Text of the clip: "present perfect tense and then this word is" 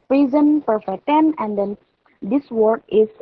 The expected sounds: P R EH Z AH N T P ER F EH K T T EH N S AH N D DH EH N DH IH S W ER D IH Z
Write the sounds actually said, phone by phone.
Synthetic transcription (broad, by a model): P R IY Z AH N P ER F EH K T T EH N AH N D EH N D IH S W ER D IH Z